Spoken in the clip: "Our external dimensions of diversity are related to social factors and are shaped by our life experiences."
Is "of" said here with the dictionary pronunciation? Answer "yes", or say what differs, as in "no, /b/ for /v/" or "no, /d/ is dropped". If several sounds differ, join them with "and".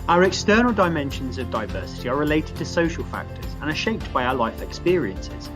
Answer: yes